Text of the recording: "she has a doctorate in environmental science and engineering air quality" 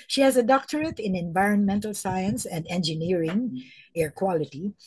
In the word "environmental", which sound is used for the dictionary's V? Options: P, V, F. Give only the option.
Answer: V